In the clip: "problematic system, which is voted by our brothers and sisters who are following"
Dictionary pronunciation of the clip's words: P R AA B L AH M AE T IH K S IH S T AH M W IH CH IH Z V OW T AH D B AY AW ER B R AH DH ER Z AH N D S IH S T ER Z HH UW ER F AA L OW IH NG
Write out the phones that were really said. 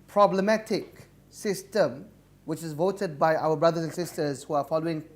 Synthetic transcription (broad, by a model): P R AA B L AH M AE T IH K S IH S T AH M W IH CH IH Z V OW T AH D B AY AW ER B R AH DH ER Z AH N S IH S T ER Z HH UW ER F AA L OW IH NG